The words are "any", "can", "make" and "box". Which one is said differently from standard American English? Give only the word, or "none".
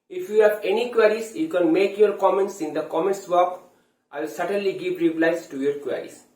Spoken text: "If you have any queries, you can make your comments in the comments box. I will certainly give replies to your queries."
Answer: box